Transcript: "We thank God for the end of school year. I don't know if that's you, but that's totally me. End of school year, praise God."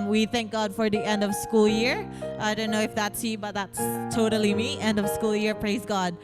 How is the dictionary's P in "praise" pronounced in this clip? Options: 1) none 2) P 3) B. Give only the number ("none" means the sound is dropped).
2